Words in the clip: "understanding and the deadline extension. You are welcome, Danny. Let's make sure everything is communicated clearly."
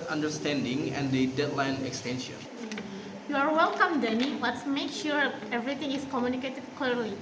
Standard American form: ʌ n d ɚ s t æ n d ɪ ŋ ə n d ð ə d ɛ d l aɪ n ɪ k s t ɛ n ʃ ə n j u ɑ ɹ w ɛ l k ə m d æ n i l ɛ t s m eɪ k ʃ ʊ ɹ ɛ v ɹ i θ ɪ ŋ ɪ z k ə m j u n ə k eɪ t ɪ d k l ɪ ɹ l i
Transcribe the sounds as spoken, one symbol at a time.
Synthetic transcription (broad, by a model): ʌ n d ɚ s t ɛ n d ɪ ŋ ə n d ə d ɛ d l aɪ n ɪ k s t ɛ n ʃ ə n j u ɑ ɹ w ɛ l k ə m d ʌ n i w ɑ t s m eɪ k ʃ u ɹ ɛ v ɹ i t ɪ ŋ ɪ s k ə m j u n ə k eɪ t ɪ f k l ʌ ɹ l i